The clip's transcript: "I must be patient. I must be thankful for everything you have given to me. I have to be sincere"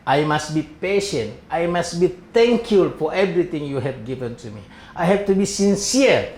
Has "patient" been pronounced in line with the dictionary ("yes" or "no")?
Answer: yes